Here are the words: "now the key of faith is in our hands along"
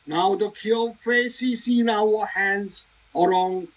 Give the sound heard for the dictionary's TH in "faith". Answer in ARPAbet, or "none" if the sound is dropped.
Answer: S